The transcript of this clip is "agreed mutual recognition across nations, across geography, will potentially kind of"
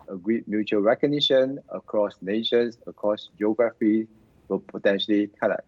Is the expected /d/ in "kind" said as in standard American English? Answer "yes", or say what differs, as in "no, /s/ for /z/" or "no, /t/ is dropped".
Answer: no, /d/ is dropped